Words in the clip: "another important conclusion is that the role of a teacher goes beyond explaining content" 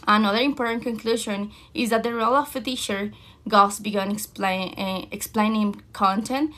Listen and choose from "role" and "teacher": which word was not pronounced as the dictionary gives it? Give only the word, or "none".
teacher